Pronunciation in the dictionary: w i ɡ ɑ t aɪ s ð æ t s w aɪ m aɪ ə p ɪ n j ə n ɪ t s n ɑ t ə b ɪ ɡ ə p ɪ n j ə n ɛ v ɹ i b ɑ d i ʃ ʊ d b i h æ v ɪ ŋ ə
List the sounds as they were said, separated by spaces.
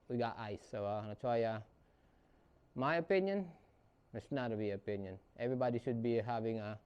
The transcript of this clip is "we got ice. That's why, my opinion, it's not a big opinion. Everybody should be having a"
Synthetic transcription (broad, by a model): w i ɡ ɑ t aɪ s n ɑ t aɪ m aɪ ə p ɪ n j ə n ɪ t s n ɑ t ə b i ə p ɪ n j ə n ɛ v ɹ i b ɑ d i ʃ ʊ d b i h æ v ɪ ŋ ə